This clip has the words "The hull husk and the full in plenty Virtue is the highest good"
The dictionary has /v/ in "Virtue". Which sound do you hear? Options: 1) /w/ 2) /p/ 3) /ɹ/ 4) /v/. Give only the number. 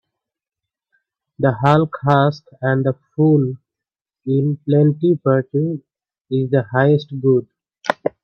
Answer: 2